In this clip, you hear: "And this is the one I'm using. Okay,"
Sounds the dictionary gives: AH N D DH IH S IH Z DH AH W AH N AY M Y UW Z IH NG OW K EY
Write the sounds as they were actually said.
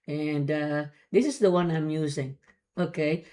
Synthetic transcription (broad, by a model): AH N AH DH IH S IH Z DH AH W AH N AY M Y UW Z IH NG OW K EY